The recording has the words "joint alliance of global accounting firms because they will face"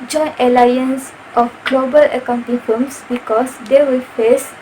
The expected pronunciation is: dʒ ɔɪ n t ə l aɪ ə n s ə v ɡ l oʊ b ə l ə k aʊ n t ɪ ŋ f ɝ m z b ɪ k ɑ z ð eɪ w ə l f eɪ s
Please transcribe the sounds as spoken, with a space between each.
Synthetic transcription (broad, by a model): dʒ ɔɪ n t ə l aɪ ə n s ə f ɡ l oʊ b ə l ə k aʊ n t ɪ ŋ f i m s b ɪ k ɑ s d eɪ w ə l f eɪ s